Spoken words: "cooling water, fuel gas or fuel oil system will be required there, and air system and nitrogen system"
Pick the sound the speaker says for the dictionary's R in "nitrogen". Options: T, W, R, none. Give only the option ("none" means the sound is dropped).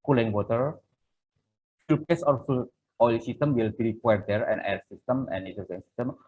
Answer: none